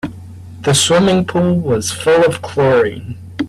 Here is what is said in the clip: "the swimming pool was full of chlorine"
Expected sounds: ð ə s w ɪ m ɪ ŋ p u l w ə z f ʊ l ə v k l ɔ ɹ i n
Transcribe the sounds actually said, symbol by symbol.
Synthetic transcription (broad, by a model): ð ə s w ɪ m ɪ ŋ p u l w ə z f ʊ l ə v k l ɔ ɹ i